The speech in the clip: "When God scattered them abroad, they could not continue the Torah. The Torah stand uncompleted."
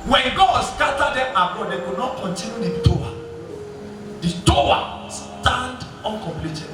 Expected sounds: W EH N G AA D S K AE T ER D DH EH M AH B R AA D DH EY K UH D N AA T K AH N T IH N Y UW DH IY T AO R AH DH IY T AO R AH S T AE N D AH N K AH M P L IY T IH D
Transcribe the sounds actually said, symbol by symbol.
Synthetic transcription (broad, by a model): W EH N G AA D S K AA T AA D EH M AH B AA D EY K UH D N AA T K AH N T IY N Y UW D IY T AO AH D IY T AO W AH S T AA N D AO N K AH M P L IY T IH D